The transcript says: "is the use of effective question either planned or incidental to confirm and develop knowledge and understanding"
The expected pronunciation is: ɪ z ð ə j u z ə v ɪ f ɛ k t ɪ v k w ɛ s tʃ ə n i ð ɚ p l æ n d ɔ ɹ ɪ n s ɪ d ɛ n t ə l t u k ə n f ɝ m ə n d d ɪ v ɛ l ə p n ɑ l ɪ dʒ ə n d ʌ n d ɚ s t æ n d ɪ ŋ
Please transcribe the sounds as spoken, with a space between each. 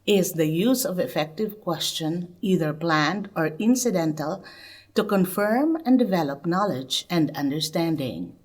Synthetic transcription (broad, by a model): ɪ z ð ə j u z ə v ɪ f ɛ k t ɪ v k w ɛ s tʃ ə n i ð ɚ p l æ n d ɔ ɹ ɪ n s ɪ d ɛ n t ə l t u k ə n f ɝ m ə n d d ɪ v ɛ l ə p n ɑ l ɪ dʒ ə n d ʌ n d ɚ s t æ n d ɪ ŋ